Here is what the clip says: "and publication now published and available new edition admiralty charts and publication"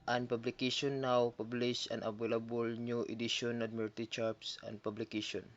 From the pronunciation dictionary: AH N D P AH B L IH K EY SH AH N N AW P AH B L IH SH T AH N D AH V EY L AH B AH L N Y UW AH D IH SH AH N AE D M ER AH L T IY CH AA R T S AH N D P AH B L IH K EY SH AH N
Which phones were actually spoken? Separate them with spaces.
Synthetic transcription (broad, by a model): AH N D P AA B L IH K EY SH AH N N AW P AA B L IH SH AH N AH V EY L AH B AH L N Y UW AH D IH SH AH N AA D M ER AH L T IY CH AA R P S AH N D P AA B L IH K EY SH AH N